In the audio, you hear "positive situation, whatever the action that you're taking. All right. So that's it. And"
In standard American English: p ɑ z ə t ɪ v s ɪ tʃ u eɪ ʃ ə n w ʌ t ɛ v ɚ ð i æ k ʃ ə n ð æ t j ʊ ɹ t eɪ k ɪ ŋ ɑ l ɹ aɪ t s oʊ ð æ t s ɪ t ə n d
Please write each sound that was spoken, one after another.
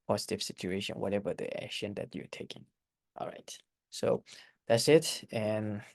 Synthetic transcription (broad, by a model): p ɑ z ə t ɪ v s ɪ tʃ u eɪ ʃ ə n w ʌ t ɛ v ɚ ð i æ k ʃ ə n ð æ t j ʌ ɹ t eɪ k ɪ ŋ ɑ l ɹ aɪ t s oʊ ð æ t s ɪ t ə n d